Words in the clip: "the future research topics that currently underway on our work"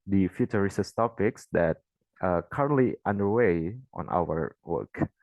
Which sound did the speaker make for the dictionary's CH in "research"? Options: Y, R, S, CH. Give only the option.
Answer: S